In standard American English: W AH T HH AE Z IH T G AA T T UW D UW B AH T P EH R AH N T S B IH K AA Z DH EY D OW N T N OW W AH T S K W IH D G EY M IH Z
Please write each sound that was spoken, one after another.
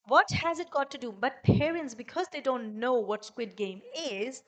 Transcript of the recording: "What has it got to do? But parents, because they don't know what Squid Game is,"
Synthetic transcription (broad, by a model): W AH T HH AE Z IH T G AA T T UW D UW B AH T P EH R AH N T S B IH K AA Z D EY D OW N T N OW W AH T S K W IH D G EY M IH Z